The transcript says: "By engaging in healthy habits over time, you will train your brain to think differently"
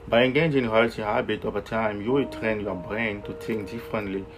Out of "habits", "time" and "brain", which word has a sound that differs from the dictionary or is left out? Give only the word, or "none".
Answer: habits